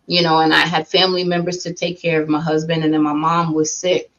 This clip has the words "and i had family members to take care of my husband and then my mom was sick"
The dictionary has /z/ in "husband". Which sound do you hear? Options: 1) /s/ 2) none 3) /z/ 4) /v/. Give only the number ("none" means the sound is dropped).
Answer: 3